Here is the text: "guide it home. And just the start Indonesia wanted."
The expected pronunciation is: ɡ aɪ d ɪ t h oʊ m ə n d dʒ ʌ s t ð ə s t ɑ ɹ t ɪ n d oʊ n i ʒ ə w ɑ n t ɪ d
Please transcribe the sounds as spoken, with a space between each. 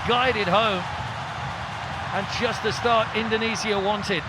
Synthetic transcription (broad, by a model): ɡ aɪ d ɪ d h oʊ m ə n dʒ ʌ s t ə s t ɑ ɹ t ɪ n d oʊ n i z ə w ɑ n t ɪ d